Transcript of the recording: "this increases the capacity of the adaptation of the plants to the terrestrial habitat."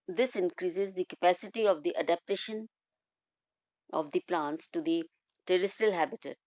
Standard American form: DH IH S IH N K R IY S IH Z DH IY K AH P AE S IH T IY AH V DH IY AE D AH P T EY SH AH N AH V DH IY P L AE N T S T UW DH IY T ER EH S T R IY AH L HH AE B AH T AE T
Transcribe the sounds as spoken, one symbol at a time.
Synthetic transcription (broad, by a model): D IH S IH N K R IY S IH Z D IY K AH P AE S IH T IY AH V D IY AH D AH P T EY SH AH N AH V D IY P L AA N T S T UW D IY T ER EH S T IY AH L HH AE B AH T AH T